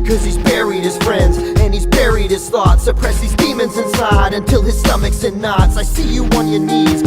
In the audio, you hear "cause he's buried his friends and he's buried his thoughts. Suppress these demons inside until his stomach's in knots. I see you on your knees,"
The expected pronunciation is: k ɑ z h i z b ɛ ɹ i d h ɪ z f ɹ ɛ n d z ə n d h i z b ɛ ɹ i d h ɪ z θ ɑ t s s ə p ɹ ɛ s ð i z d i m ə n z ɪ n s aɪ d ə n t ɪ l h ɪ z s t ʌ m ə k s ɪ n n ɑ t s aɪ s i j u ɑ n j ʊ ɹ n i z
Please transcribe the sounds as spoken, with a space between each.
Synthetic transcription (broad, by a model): k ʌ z h i z b ɛ ɹ i d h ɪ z f ɹ ɛ n d z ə n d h i z b ɛ ɹ i d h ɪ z θ ɑ t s s ə p ɹ ɛ s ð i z d i m ə n z ɪ n s aɪ d ə n t ɪ l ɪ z s t ʌ m ə k s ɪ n n ɑ t s aɪ s i j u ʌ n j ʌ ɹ n i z